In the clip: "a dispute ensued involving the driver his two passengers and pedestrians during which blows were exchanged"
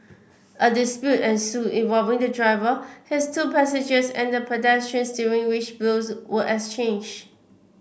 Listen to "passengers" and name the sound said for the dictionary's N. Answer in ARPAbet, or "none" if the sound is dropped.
none